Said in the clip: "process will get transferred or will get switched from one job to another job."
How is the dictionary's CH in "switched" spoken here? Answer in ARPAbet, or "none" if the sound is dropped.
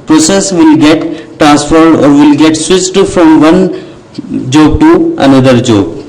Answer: S